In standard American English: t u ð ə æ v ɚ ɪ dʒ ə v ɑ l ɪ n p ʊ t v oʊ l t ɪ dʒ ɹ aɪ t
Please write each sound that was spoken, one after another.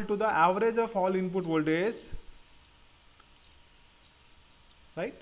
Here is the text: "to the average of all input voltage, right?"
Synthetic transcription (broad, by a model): t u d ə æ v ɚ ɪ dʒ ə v ɑ l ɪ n p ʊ t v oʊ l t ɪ z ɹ aɪ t